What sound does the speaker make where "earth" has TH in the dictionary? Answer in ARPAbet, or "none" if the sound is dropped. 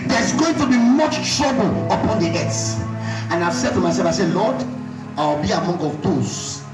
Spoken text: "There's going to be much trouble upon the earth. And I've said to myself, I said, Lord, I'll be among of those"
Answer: S